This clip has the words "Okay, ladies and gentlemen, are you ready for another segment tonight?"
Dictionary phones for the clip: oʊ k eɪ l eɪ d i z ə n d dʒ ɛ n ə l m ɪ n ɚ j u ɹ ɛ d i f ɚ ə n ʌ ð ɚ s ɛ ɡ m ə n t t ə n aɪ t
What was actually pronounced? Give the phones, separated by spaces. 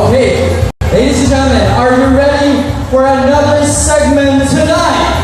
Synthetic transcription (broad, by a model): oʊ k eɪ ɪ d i ə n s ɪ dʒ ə m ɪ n ɚ j u ɹ ɛ d i f ɚ ə n ʌ ð ɚ s ɛ ɡ m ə n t t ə n aɪ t